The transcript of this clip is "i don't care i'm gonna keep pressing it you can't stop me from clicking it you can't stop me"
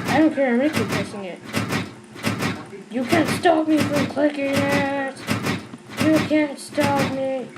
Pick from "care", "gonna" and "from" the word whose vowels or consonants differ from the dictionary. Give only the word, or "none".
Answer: gonna